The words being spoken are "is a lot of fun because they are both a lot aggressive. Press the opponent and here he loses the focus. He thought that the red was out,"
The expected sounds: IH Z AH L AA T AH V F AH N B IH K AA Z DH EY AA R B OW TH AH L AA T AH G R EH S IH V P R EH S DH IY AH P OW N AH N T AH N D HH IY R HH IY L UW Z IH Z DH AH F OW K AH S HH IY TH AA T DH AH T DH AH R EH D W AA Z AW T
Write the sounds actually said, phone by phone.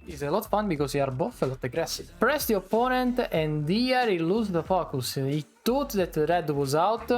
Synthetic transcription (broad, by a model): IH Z AH L AA T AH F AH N B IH K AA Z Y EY AA R B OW F AH L AA T AH G R EH S IH V P R EH S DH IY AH P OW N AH N T AH N D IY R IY L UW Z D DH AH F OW K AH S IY T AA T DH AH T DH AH R EH D W AA Z AW T